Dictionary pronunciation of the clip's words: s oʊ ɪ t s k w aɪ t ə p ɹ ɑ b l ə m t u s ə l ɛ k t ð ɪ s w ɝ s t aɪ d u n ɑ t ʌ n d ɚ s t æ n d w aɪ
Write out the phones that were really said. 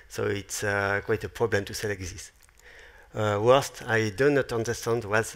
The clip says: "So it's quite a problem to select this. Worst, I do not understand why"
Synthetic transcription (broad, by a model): s oʊ ɪ t s k w aɪ t ə p ɹ ɑ b l ə m t u s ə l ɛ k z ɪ s w ɝ s t aɪ d u n ɑ t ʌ n d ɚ s t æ n d w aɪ